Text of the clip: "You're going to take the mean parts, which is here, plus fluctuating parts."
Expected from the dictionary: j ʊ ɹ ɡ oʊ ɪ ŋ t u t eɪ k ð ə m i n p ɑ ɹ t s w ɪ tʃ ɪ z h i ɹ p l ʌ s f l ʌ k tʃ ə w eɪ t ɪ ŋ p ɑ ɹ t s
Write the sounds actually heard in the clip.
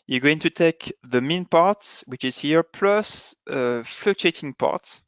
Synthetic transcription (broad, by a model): j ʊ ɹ ɡ oʊ ɪ ŋ t u t eɪ k ð ə m i n p ɑ ɹ t s w ɪ tʃ ɪ z h i ɹ p l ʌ s f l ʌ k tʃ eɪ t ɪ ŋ p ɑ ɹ t s